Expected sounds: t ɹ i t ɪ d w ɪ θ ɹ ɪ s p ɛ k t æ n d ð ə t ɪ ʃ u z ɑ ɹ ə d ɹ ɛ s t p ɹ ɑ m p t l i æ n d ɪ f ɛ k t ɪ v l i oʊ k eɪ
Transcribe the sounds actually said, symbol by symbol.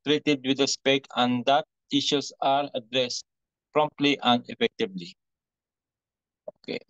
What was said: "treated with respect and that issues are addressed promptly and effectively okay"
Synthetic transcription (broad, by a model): t ɹ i t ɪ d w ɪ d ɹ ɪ s p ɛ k æ n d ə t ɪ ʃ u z ɑ ɹ ə d ɹ ɛ s t p ɹ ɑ m p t l i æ n d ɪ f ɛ k t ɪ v l i oʊ k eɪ